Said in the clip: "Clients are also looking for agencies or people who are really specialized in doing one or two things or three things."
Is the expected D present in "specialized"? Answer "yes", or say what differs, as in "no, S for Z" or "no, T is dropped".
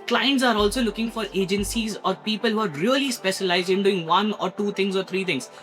yes